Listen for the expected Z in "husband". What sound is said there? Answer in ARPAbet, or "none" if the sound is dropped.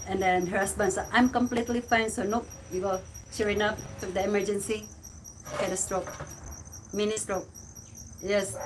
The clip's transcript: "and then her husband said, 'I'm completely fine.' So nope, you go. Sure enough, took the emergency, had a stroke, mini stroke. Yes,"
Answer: S